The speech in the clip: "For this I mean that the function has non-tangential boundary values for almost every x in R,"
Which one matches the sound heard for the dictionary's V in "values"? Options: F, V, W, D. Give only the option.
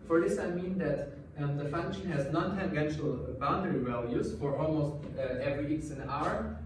W